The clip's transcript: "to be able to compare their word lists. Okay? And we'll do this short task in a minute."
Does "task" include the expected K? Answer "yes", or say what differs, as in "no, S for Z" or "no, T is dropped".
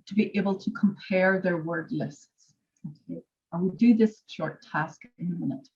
yes